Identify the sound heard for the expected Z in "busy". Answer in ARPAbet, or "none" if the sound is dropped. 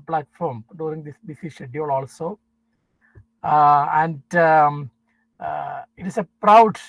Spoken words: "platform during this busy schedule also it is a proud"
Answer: S